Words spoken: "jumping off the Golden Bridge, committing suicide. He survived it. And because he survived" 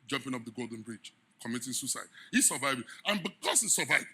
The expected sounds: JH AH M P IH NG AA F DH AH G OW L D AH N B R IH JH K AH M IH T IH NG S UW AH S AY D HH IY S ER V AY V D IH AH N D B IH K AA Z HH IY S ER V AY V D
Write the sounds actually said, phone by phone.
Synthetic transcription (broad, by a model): JH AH M P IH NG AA P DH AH G OW L D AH N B R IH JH K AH M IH T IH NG S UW S AY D HH IY S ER V AY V IH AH N B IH K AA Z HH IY S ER V AY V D